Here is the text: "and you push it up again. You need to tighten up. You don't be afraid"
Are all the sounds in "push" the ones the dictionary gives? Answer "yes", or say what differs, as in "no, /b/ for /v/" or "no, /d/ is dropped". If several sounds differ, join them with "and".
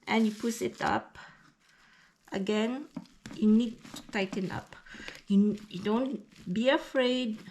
no, /s/ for /ʃ/